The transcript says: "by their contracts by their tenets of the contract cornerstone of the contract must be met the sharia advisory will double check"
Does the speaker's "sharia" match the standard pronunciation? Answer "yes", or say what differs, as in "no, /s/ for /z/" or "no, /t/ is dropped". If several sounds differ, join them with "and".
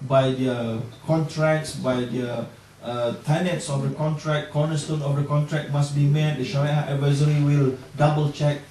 no, /w/ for /ɹ/